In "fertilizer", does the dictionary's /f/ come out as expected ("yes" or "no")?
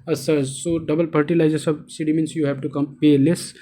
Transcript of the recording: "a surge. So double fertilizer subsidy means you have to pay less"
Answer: no